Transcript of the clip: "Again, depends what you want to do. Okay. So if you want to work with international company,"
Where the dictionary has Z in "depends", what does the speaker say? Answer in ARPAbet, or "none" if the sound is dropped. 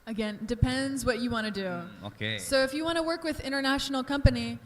Z